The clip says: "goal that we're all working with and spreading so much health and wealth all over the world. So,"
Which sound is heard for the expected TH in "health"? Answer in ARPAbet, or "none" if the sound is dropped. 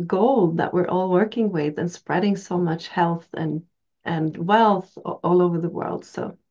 TH